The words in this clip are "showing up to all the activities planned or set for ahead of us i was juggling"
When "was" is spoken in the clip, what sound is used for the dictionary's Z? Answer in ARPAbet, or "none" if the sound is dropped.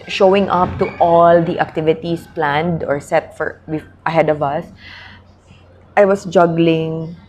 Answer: S